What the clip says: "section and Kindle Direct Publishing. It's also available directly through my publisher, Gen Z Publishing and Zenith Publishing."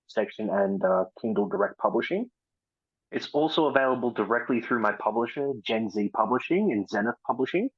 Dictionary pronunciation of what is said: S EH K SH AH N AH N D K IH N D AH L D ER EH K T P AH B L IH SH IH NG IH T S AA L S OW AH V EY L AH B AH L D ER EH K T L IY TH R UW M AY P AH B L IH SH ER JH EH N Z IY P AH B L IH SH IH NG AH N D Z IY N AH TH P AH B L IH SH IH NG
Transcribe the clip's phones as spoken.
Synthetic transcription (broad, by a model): S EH K SH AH N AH N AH K IH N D L D ER EH K T P AH B L IH SH IH NG IH T S AA L S OW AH V EY L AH B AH L D ER EH K T L IY TH R UW M AY P AH B L IH SH ER JH EH N Z IY P AH B L IH SH IH NG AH N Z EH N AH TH P AH B L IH SH IH NG